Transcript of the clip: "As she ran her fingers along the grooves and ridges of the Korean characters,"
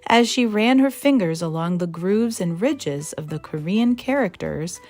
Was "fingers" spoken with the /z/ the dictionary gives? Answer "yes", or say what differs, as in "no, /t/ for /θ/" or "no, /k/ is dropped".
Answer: yes